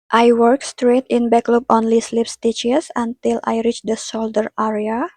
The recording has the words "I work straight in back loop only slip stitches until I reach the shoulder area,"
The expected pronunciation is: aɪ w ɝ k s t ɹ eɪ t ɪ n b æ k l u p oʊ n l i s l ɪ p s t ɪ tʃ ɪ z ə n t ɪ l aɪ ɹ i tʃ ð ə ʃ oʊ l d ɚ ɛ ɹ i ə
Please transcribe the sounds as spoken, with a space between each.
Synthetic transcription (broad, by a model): aɪ w ɝ k s t ɹ eɪ t ɪ n b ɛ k l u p oʊ n l i s l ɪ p s t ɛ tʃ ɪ s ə n t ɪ l aɪ ɹ i tʃ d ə s oʊ l d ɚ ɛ ɹ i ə